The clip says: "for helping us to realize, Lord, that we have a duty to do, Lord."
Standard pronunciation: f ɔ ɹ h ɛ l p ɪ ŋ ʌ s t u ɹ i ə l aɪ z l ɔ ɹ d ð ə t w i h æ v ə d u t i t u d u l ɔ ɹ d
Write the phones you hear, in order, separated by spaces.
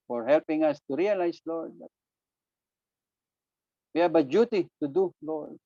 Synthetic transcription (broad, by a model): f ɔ ɹ h ɛ l p ɪ ŋ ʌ s t u ɹ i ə l aɪ s l ɔ ɹ d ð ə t w i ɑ b ə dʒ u t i t u d u l ɔ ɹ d